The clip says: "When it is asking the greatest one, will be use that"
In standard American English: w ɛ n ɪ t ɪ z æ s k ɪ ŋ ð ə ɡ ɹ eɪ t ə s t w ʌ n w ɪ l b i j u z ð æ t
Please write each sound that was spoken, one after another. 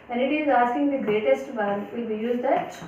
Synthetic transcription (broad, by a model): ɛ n ɪ t ɪ z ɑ s k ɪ ŋ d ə ɡ ɹ eɪ t ə s t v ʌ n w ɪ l b i j u z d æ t